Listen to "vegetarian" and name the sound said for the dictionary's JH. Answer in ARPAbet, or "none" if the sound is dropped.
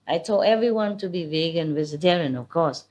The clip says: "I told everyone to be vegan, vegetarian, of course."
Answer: Z